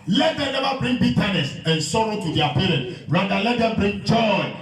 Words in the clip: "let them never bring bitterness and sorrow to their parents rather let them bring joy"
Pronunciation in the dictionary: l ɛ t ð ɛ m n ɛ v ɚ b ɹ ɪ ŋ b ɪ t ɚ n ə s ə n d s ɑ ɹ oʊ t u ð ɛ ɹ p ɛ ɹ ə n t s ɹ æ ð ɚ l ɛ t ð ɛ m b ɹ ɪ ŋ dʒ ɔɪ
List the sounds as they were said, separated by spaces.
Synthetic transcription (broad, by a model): l ɛ t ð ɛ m n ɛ v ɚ b ɹ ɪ ŋ b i t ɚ n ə s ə n s ɑ ɹ oʊ t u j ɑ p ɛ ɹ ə n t ɹ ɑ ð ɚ l ɛ t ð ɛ m b ɹ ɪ ŋ dʒ ɔɪ